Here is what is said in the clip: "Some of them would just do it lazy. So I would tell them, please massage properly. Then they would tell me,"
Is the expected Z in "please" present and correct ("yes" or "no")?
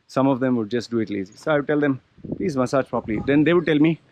yes